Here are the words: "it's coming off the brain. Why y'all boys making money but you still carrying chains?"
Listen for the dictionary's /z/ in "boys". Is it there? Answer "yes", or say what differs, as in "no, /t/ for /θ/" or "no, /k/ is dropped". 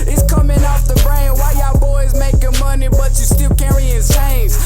yes